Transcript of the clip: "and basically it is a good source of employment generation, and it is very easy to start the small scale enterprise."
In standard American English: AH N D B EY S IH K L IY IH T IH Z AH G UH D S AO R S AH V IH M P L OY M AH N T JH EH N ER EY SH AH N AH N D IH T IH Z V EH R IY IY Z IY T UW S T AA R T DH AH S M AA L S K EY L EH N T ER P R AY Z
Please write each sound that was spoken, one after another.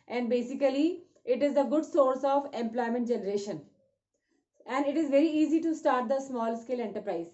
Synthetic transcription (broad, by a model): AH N D B EY S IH K L IY IH T IH Z AH G UH D S AO R S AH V IH M P L OY M AH N T JH EH N ER EY SH AH N AH N D IH T IH Z V EH R IY IY Z IY T UW S T AA R T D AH S M AA L S K EY L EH N T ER P R AY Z